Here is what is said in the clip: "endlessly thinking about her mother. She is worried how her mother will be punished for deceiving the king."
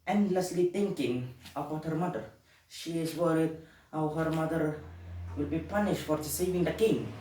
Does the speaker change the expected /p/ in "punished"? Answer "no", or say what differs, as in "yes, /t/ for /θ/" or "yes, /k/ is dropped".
no